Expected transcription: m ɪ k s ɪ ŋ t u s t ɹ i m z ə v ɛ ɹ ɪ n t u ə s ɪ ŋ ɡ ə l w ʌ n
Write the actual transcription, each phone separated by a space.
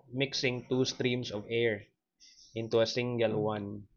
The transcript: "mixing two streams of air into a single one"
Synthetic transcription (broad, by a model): m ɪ k s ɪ ŋ t u s t ɹ i m s ə v ɛ ɹ ɪ n t u ə s ɪ ŋ ɡ ə l w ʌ n